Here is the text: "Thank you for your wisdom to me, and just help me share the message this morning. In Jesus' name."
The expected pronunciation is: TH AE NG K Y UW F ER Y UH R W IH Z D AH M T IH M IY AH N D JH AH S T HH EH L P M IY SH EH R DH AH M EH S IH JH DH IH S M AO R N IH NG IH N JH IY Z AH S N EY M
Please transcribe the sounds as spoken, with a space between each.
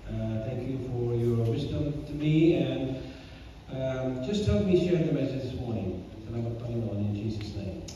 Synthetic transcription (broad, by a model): TH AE NG K Y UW F ER Y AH R W IH Z D AH M T IH M IY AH N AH JH AH S T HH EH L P M IY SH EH R DH AH M EH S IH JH DH IH S M AO R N IH NG IH N JH IY Z AH S N EY M